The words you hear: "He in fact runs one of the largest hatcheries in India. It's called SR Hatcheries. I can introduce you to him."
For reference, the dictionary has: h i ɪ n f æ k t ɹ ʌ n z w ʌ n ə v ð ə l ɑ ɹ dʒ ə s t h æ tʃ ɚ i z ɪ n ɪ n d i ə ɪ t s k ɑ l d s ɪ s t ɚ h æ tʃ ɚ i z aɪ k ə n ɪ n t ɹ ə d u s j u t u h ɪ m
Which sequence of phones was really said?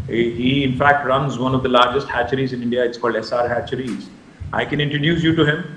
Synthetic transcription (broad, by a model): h i ɪ n f æ k t ɹ ʌ n z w ʌ n ə v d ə l ɑ ɹ dʒ ə s t h æ tʃ ɚ i z ɪ n ɪ n d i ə ɪ t s k ɑ l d s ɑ t h æ tʃ ɚ i z aɪ k ə n ɪ n t ɹ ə d u s j u t u h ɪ m